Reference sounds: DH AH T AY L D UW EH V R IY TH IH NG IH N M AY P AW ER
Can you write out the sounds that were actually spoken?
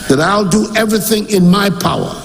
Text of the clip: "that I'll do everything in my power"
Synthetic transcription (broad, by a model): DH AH T AY L D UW EH V R IY TH IH NG IH N M AY P AW ER